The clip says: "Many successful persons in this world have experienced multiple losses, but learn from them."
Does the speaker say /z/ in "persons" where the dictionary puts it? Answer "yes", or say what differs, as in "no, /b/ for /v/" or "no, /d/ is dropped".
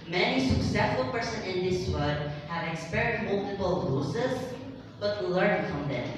no, /z/ is dropped